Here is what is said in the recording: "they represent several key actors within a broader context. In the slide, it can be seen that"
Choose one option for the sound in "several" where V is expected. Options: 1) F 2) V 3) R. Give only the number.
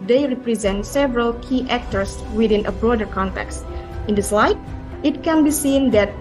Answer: 2